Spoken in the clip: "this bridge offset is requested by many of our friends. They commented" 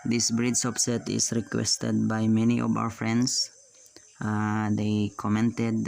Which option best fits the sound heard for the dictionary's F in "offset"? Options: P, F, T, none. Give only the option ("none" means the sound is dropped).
P